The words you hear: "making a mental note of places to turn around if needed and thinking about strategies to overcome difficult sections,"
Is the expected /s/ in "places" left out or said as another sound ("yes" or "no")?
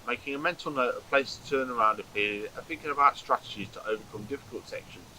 yes